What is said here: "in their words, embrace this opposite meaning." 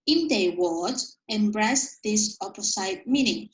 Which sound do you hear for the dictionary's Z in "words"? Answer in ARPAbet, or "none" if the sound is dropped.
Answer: none